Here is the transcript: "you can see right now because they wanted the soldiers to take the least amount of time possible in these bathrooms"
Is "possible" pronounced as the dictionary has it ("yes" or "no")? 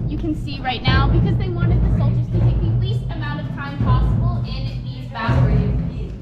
no